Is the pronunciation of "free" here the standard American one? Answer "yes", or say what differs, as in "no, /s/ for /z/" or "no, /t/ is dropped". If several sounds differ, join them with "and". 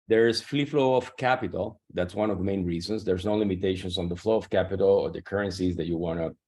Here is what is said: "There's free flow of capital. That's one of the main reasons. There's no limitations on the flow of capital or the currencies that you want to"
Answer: no, /l/ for /ɹ/